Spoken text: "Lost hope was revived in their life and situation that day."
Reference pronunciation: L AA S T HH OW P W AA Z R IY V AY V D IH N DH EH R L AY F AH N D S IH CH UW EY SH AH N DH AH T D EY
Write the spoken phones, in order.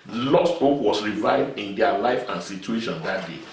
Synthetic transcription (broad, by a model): L AA S T HH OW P W AA S R IY V AY V D IH N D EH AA L AY F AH N S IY CH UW EY SH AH N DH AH T D EY